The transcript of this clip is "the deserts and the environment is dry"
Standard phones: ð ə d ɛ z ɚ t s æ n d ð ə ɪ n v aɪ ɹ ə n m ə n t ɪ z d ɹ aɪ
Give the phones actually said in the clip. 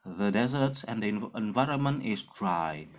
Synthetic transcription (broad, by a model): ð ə d ɛ z ɚ t s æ n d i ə ɪ n v aɪ ɹ ə n m ə n t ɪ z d ɹ aɪ